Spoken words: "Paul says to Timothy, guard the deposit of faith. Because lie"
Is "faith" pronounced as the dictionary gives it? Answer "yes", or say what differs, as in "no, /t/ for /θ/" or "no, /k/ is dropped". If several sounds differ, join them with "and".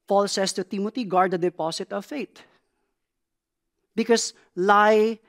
no, /t/ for /θ/